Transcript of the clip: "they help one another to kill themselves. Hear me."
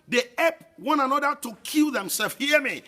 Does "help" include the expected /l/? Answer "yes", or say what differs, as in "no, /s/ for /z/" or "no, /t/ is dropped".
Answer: no, /l/ is dropped